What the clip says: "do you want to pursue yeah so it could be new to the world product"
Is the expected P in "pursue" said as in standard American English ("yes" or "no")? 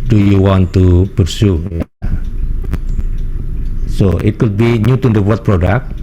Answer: no